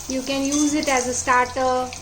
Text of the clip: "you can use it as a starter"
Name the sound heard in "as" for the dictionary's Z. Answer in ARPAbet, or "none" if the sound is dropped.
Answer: Z